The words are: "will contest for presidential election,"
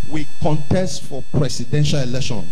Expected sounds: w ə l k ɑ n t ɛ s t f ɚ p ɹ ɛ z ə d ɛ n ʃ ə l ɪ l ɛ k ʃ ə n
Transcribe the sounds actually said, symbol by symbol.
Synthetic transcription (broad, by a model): w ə k ɑ n t ɛ s t f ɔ p ɹ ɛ s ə d ɛ n ʃ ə l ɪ l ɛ k ʃ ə n